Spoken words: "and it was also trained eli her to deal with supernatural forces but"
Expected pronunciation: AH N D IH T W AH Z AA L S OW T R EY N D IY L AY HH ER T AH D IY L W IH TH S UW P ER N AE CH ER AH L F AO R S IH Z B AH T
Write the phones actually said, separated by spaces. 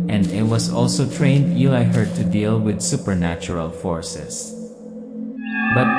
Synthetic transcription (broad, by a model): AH N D IH T W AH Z AA L S OW T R EY N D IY AY HH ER T AH D IY L W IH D S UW P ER N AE CH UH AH L F AO R S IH S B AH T